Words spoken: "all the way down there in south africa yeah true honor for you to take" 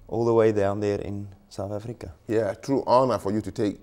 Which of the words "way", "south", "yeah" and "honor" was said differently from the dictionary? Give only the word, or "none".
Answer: none